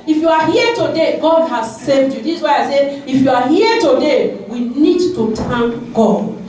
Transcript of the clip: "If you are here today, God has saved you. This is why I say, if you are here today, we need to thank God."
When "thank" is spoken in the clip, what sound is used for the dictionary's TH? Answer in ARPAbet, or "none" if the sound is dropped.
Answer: T